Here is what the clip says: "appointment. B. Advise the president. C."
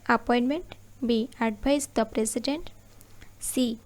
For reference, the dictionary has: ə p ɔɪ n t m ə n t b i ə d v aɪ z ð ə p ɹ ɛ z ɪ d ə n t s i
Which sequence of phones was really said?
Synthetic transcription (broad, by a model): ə p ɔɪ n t m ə n t b i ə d b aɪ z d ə p ɹ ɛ s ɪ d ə n t s i